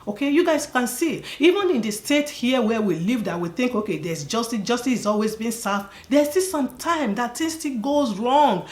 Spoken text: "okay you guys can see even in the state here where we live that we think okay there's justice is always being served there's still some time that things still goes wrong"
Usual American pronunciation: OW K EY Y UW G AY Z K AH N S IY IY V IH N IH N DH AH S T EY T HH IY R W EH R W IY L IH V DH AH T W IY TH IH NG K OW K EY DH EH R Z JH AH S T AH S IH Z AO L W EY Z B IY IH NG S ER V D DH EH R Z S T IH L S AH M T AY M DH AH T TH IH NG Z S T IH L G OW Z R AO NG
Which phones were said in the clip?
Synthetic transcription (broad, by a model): OW K EY Y UW G AY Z K AH N S IY IY V IH N IH N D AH S T EY T HH IY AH W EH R W IY L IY V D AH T W IY TH IH NG K OW K EY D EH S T JH AH S T AH S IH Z AO L W EY Z B IY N S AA F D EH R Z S T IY L S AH M T AY M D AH T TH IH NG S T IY L G OW Z R AO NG